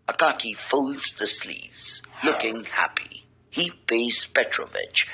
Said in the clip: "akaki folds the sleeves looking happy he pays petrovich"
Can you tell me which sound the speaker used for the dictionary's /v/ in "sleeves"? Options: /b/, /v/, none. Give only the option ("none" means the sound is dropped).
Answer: /v/